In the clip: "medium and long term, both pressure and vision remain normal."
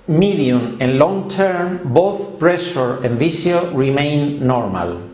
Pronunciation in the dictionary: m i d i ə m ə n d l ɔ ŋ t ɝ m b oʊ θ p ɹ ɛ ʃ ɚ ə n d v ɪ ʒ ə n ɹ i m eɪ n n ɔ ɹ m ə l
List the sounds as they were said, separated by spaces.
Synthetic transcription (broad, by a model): m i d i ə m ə n l ɔ ŋ t ɝ m b oʊ θ p ɹ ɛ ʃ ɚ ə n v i s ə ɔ ɹ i m eɪ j n ɔ ɹ m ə l